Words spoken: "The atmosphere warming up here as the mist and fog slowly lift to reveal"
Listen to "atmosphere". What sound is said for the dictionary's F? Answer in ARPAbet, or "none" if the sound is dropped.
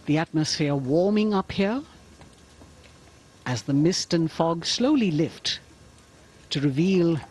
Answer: F